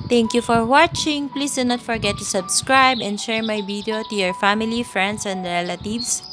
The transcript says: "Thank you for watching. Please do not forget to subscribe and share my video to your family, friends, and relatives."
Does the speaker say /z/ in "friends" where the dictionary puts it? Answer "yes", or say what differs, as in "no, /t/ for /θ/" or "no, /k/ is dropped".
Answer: no, /s/ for /z/